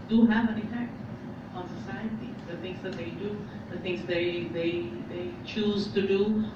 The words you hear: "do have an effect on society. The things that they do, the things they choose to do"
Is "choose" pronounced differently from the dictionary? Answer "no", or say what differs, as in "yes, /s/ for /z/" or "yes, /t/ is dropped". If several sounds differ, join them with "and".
no